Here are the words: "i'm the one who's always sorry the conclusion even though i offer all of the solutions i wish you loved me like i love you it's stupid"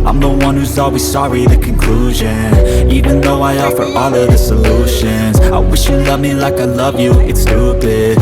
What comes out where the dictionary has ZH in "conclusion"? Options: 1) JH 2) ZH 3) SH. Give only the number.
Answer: 2